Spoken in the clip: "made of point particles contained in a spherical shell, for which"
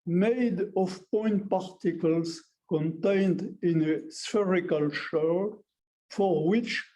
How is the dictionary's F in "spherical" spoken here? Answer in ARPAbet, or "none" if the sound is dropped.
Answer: F